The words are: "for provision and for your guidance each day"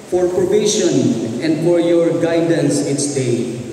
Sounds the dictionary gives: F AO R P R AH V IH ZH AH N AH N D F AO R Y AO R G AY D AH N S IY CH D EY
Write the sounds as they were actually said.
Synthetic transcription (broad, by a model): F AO R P R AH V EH SH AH N AH N D F AO R Y AO R G AY D AH N S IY S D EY